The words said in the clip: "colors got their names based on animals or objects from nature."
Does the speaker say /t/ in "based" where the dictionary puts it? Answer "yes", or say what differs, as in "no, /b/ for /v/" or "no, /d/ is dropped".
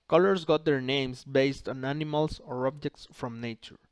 yes